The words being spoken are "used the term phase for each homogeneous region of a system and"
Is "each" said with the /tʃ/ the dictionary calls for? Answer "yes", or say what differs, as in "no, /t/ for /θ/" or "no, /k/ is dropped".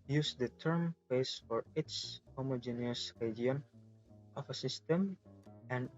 no, /s/ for /tʃ/